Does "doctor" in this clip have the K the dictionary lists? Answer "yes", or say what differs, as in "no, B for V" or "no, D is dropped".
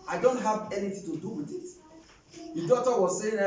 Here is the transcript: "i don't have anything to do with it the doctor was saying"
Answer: no, K is dropped